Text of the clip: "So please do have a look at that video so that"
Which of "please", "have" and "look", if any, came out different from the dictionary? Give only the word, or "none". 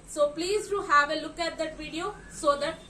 none